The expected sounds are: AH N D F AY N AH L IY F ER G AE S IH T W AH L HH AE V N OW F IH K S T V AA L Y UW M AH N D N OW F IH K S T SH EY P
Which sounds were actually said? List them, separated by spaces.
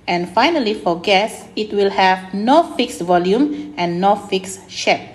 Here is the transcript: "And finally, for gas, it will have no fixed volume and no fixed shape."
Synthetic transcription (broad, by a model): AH N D F AY N AH L IY F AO G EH S IH T W AH L HH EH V N OW F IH K S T V AA L Y UW M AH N N OW F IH K S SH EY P